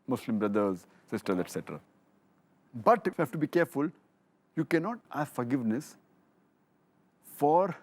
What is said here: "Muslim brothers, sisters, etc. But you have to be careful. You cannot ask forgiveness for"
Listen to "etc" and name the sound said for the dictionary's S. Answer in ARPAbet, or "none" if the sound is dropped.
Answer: S